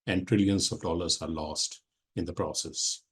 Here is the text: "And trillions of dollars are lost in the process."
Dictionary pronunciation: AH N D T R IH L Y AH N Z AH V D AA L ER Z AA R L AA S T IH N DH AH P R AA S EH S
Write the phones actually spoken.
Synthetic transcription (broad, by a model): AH N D T R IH L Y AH N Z AH V D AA L ER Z AA R L AA S T IH N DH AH P R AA S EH S